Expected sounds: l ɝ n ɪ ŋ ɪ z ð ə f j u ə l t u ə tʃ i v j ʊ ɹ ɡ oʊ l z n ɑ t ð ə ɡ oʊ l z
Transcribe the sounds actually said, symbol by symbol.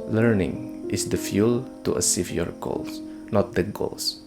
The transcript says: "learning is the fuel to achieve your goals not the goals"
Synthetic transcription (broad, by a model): l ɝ n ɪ ŋ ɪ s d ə f j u l t u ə s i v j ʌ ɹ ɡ oʊ l s n ɑ t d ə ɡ oʊ l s